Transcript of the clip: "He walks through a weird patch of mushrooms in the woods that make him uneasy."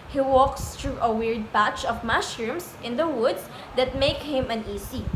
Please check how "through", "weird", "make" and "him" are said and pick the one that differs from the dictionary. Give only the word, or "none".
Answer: through